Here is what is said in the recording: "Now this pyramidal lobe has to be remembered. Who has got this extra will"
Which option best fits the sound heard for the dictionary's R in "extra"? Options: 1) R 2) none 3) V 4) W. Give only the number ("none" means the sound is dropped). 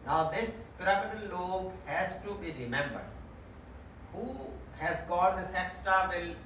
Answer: 2